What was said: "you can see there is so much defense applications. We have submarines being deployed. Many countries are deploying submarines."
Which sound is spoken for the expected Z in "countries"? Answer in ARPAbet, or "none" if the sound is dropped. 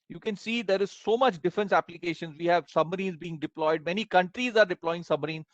Z